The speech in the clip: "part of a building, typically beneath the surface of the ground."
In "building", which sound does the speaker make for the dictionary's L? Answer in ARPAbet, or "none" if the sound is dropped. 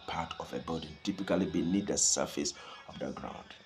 none